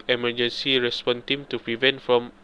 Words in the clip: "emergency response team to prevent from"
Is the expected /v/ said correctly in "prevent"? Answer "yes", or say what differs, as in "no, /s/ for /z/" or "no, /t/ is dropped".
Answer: yes